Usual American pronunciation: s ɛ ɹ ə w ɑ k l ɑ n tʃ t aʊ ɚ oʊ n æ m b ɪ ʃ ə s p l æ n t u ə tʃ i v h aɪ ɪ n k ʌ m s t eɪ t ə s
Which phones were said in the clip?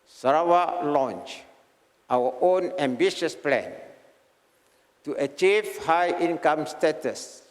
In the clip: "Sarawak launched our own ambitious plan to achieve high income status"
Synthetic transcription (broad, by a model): s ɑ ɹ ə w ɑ l ɑ n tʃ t aʊ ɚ oʊ n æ m b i ʃ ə s p l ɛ n t u ə tʃ i v h aɪ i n k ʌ m s t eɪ t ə s